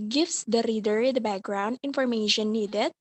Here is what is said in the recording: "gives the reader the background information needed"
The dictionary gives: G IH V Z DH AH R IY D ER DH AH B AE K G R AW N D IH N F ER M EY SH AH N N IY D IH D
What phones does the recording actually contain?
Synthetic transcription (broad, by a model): G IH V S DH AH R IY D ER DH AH B AE K G R AW N D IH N F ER M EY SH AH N N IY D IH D